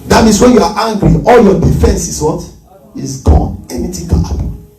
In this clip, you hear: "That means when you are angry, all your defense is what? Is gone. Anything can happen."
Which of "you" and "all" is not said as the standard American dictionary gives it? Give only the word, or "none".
none